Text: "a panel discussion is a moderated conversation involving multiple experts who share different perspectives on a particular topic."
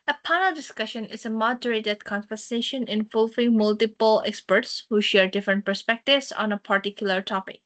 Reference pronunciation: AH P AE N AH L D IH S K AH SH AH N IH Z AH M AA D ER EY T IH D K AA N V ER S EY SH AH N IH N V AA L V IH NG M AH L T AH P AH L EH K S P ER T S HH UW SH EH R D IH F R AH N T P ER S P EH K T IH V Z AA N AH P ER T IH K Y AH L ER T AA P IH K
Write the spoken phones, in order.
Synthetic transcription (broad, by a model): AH P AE N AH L D IH S K AH SH AH N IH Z AH M AA D ER EY T IH D K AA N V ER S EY SH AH N IH N V AA L V IH NG M AH L T AH P AH L EH K S P ER T S HH UW SH EH R D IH F R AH N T P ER S P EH K T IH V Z AA N AH P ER T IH K Y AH L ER T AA P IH K